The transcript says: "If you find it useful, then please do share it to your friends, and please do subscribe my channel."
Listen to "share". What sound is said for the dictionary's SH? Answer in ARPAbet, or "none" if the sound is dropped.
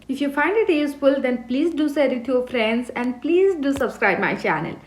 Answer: S